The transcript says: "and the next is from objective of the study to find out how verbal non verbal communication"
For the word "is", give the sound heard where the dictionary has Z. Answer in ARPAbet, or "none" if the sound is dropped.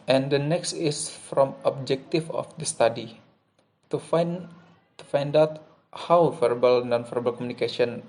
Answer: S